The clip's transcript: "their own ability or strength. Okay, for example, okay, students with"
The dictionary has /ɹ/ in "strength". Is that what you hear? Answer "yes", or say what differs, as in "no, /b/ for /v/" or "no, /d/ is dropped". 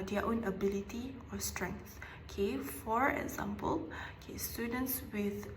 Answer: yes